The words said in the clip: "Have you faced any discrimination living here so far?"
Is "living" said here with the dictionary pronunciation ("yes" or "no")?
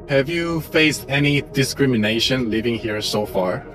yes